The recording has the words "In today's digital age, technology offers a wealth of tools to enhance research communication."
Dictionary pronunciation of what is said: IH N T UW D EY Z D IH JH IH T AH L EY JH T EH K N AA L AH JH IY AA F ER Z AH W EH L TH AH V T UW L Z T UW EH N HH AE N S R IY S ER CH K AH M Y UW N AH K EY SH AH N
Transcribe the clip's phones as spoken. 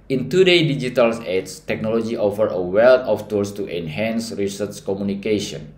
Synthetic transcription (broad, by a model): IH N T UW D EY D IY JH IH T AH L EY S T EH K N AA L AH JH IY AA F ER AH W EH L T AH F T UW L S T UW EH N HH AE N S R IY S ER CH K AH M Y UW N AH K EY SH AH N